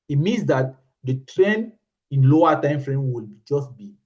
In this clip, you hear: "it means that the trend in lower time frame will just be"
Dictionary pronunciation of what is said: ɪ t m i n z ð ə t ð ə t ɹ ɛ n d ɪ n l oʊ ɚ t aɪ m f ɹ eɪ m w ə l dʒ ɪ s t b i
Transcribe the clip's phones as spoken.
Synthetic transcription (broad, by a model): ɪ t m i n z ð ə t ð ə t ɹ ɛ n ɪ n l oʊ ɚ t aɪ m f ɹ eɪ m w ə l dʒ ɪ s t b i